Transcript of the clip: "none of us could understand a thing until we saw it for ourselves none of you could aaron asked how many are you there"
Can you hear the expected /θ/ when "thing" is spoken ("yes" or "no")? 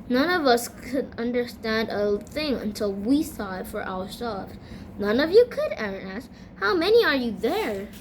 yes